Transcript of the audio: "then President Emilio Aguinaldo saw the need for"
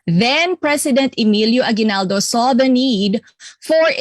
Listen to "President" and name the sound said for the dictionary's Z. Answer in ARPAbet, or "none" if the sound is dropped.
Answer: S